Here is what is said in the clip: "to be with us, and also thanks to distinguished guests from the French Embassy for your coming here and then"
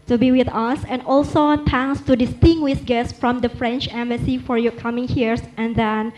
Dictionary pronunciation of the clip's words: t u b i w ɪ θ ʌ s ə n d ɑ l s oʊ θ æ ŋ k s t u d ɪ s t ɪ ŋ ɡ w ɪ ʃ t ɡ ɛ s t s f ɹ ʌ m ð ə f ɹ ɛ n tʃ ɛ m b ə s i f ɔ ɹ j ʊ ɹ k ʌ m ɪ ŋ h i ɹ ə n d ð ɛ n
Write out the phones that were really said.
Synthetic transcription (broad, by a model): t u b i w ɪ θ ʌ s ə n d ɑ l s oʊ t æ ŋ s t u d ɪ s t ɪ ŋ ɡ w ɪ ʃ ɡ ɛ s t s f ɹ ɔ m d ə f ɹ ɛ n tʃ ɛ m b ə s i f ɔ ɹ j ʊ k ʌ m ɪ ŋ h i ɹ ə n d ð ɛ n